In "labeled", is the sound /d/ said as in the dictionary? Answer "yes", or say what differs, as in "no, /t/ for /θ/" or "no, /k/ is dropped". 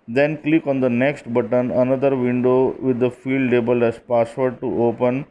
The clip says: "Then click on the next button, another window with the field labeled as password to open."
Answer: no, /d/ is dropped